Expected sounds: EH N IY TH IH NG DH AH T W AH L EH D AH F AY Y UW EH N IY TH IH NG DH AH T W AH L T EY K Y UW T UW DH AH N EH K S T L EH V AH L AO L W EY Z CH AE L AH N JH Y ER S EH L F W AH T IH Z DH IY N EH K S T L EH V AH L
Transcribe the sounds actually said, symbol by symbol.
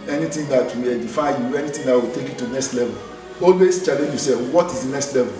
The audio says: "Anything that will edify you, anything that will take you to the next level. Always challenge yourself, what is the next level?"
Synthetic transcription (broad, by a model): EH N IY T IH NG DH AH T W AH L EH D AH F AY Y UW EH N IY T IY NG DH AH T W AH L T EY K Y UW T UW N EH K S T L EH V AH L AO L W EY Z CH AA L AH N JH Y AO S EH F W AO T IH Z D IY N EH K S T L EH V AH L